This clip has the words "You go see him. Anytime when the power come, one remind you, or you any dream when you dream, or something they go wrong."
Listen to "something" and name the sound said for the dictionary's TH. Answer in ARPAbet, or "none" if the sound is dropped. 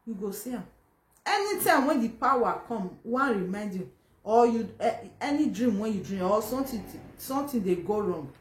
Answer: T